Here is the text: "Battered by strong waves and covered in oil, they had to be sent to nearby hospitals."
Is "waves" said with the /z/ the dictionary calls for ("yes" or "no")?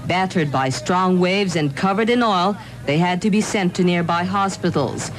yes